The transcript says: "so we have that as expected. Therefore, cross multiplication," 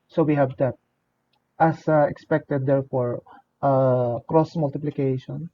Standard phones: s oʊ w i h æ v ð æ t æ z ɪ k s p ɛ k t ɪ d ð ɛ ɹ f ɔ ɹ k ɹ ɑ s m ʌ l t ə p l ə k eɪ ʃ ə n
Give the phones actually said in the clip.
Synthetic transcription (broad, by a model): s oʊ w i h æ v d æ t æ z ɪ k s p ɛ k t ɪ d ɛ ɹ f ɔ ɹ k ɹ ɑ s m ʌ l t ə p l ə k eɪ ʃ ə n